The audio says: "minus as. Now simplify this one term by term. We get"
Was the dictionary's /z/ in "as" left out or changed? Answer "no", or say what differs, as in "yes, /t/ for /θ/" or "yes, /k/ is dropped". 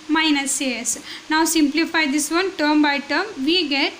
yes, /s/ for /z/